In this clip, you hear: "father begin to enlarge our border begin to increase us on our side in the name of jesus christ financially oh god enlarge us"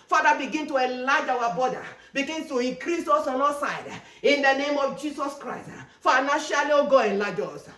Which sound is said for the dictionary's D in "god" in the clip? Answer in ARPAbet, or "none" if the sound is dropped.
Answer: none